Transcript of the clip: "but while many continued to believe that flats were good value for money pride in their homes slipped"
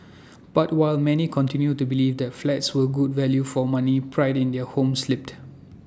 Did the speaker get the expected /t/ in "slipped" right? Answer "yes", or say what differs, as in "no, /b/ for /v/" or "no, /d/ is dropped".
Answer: yes